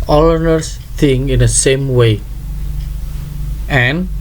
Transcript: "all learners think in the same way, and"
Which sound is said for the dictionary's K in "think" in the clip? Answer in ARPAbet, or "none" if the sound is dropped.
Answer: none